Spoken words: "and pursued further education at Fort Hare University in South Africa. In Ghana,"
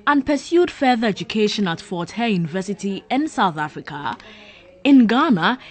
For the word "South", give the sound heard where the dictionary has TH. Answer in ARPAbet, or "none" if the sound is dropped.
TH